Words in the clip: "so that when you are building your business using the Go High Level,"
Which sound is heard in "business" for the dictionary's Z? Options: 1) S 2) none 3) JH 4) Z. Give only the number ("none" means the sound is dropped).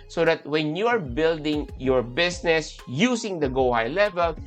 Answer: 1